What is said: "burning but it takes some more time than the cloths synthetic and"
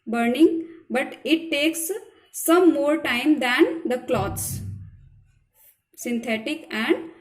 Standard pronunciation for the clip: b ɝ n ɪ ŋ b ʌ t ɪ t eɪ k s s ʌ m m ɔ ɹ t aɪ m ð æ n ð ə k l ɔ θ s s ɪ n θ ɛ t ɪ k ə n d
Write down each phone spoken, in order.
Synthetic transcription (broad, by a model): b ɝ n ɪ ŋ b ʌ t ɪ t eɪ k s s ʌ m m ɔ ɹ t aɪ m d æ n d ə k l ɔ t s s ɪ n t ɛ t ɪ k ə n d